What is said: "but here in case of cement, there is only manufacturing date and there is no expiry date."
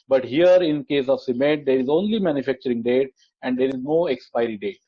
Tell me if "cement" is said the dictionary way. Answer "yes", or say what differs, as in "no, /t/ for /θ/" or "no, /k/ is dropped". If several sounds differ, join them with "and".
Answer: no, /n/ is dropped